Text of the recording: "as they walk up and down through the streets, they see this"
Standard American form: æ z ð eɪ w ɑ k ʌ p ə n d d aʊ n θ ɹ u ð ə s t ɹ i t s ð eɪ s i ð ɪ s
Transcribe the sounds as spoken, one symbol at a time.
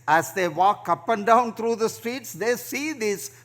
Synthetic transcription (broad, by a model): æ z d eɪ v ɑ k ʌ p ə n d d aʊ n t ɹ u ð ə s t ɹ i t s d eɪ s i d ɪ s